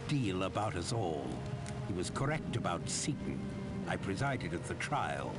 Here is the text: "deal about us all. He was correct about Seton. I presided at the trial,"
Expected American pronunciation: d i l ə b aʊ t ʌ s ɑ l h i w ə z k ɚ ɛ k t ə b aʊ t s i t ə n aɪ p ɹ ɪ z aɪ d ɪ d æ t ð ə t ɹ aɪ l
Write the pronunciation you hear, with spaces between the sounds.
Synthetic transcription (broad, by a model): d i l ə b aʊ t ʌ s ɑ l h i w ə z k ɚ ɛ k t ə b aʊ t s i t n aɪ p ɹ ɪ z aɪ d ɪ d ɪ t ð ə t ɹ aɪ l